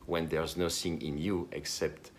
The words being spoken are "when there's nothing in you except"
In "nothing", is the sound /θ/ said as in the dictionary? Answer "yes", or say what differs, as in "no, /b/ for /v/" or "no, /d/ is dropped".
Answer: no, /s/ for /θ/